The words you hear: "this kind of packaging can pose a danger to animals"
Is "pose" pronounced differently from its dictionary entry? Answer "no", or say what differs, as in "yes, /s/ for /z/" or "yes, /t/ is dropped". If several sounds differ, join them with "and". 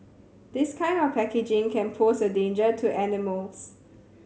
yes, /s/ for /z/